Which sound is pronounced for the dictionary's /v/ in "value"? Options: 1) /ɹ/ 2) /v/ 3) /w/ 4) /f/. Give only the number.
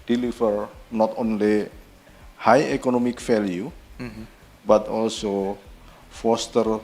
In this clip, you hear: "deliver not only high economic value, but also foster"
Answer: 4